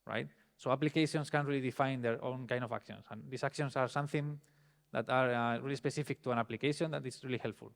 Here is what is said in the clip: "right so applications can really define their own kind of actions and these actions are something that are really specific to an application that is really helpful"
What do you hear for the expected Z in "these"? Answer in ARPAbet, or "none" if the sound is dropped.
S